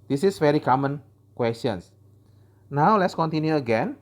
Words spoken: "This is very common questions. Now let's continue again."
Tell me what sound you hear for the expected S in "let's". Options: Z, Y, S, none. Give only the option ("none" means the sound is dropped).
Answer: S